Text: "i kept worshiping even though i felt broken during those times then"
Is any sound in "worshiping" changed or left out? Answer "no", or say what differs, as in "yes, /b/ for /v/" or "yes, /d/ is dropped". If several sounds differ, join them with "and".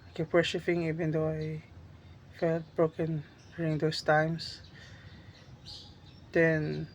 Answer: yes, /f/ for /p/